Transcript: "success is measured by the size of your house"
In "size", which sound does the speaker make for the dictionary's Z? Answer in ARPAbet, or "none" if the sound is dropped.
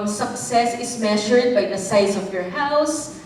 S